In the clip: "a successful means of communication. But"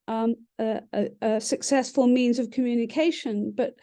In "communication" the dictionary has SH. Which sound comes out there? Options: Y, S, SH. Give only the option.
SH